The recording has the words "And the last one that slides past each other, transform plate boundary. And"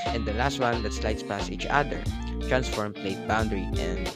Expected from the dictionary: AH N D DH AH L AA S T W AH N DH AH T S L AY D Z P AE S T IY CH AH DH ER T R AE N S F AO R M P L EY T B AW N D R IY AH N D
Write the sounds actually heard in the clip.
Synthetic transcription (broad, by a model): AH N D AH L AA S T W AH N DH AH T S L AY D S P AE S IY CH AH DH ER T R AE N S F AO R M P L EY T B AW N D R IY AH N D